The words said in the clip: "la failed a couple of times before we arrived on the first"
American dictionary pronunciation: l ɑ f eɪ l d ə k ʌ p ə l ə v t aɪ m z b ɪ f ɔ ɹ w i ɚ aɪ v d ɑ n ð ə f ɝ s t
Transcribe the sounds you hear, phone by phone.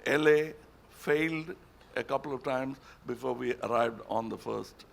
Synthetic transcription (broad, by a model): l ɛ f eɪ l d ə k ʌ p ə l ə v t aɪ m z b ɪ f ɔ ɹ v i ɚ aɪ v d ɑ n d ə f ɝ s t